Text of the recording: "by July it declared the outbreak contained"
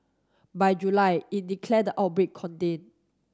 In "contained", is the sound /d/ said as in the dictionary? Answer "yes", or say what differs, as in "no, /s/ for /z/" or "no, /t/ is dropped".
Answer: no, /d/ is dropped